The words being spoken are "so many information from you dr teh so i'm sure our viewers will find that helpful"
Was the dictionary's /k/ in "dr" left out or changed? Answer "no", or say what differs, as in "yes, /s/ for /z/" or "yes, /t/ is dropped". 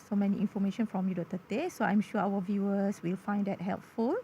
yes, /k/ is dropped